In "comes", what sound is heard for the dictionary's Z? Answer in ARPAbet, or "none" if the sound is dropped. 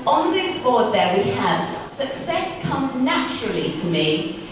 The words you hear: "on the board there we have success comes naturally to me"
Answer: Z